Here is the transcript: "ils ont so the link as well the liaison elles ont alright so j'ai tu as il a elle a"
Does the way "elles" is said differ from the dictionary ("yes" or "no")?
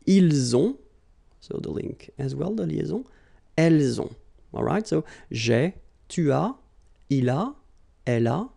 no